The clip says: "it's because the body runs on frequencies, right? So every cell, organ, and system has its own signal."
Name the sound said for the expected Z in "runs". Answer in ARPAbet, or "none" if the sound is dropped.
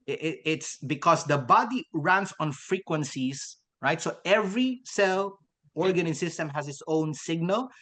S